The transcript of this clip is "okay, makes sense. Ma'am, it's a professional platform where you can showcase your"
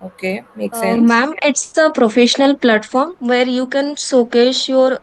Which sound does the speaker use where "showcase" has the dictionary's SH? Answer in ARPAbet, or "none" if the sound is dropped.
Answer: S